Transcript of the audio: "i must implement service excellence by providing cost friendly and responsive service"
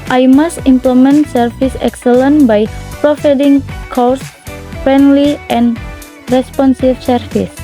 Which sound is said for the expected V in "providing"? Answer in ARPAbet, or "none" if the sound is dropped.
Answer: F